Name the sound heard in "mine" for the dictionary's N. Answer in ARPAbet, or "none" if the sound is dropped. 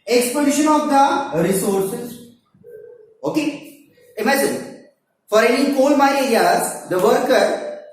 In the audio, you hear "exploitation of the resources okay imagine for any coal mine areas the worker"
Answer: none